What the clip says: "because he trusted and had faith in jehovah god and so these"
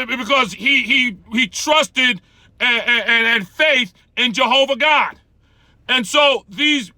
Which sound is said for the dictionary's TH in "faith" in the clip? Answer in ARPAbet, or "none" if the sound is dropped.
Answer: TH